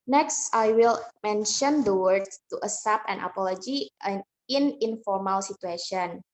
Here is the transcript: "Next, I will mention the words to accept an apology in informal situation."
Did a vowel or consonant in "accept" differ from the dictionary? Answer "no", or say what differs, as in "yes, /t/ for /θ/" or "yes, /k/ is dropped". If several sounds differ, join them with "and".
yes, /k/ is dropped and /t/ is dropped